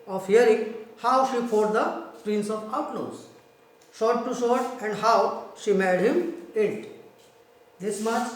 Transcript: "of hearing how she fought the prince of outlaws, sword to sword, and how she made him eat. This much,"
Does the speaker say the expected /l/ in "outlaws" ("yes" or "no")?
no